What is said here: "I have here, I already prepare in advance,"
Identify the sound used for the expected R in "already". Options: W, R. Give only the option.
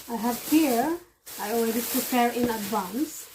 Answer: W